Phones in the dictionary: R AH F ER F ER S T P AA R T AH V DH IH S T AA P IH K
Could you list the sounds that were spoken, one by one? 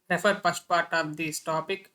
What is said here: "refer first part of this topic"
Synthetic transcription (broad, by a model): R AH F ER P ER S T P AA R T AH V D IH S T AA P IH K